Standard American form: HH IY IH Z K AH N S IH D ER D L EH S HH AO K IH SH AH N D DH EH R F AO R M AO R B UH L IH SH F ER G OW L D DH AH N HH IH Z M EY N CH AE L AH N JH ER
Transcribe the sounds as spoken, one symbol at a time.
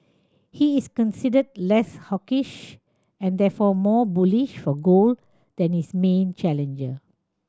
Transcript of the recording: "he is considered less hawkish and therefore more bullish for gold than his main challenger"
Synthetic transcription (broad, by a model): HH IY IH S K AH N S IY D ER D L EH S HH AO K IH SH AH N D EH F AO M AO B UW L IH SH F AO G OW L D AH N HH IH S M EY N CH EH L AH N JH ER